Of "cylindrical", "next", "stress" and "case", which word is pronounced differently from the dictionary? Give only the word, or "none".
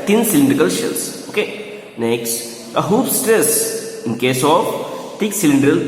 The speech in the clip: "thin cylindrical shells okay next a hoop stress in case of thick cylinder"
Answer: none